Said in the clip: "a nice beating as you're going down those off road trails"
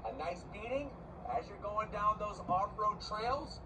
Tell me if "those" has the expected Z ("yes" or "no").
yes